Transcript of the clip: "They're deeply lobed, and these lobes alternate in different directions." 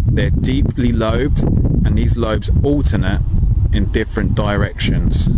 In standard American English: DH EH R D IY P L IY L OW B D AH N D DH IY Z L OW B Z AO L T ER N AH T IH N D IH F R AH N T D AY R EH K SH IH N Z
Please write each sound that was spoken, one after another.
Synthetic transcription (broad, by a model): DH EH D IY P L IY L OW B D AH N DH IY Z L OW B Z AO L T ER N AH T IH N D IH F R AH N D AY R EH K SH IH N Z